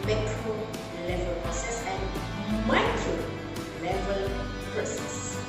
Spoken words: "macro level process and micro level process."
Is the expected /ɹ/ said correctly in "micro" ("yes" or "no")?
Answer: no